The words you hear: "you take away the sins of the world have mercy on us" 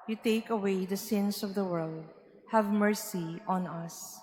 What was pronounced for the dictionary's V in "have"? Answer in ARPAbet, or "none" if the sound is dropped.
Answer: V